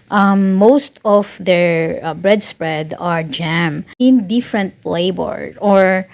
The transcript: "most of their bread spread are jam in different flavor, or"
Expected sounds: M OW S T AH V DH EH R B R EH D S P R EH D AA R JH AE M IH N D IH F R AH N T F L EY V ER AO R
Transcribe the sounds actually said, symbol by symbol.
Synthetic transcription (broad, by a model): M OW S T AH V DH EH R B R EH D S P R EH D AA R JH AE M IH N D IH F R AH N T P L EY B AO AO R